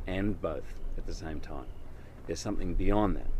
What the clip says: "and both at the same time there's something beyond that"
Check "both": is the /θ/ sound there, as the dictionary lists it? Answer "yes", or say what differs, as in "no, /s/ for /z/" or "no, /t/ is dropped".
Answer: yes